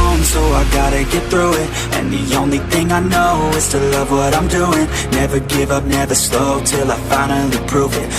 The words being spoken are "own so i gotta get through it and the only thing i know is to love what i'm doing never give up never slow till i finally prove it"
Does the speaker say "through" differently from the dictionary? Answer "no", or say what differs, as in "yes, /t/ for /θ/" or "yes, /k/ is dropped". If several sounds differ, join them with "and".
no